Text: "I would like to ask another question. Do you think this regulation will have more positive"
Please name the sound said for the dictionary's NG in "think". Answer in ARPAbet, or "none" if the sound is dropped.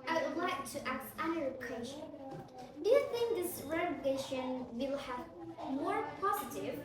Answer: NG